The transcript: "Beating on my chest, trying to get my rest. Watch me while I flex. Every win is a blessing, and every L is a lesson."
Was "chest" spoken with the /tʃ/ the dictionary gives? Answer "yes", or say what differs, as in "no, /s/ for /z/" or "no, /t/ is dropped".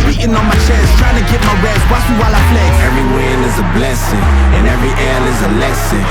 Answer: no, /ʃ/ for /tʃ/